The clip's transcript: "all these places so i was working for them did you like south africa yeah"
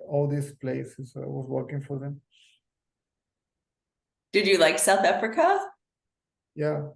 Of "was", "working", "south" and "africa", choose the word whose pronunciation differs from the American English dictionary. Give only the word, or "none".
none